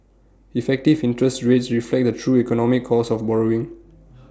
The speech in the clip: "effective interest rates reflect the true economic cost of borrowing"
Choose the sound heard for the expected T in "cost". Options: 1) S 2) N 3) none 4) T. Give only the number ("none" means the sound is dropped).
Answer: 3